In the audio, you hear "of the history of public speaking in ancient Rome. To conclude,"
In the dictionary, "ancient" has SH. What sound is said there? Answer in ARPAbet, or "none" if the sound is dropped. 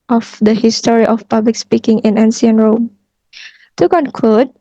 S